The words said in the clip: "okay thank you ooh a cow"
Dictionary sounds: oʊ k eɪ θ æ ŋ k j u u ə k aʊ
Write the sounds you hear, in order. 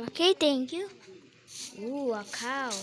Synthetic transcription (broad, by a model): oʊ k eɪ t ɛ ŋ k j u u ə k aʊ